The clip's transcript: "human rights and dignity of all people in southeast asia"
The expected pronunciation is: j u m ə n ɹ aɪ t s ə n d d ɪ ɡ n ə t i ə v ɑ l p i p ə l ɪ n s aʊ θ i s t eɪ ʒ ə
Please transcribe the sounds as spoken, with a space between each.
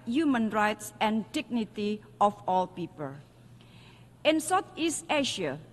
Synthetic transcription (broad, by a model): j u m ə n ɹ aɪ t s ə n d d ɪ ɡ n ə t i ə f ɑ l p i p ə l ɪ n s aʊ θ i s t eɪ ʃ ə